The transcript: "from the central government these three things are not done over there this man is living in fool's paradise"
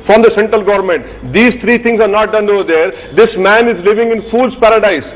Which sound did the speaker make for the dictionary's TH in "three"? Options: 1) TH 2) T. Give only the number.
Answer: 2